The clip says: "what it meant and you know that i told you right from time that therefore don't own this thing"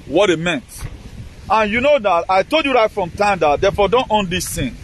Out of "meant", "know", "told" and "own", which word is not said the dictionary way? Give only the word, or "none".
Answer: none